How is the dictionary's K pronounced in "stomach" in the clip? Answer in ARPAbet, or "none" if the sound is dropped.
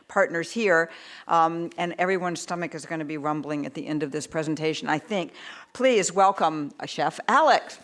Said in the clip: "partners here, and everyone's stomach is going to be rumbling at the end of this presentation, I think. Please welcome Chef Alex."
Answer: K